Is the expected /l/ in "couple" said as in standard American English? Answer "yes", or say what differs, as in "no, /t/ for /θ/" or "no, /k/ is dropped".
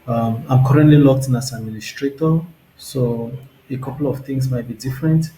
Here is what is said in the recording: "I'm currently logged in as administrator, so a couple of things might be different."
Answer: yes